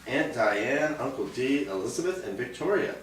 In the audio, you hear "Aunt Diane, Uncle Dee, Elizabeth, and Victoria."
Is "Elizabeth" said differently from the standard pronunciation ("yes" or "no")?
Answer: no